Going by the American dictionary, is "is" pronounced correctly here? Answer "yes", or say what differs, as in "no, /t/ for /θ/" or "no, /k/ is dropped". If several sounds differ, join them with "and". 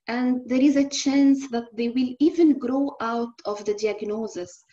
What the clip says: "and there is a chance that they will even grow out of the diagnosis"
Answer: yes